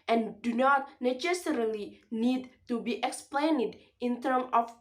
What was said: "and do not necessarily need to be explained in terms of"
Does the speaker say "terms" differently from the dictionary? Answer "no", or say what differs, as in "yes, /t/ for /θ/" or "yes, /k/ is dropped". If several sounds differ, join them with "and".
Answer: yes, /z/ is dropped